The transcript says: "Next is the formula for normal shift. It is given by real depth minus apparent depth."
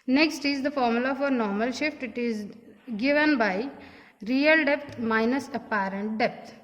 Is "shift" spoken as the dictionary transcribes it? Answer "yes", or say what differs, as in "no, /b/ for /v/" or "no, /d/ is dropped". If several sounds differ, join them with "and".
yes